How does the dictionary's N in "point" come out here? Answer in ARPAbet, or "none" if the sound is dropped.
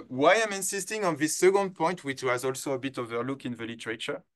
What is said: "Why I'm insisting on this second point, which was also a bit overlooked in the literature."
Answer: N